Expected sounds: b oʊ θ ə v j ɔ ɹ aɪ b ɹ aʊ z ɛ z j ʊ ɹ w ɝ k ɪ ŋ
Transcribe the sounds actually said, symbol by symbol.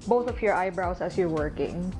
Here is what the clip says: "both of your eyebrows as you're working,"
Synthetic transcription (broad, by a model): b oʊ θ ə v j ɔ ɹ aɪ b ɹ aʊ s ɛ s j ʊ ɹ w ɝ k ɪ ŋ